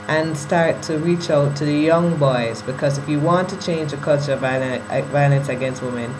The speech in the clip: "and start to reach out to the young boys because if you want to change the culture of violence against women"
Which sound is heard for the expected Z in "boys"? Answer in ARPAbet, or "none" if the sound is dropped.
Z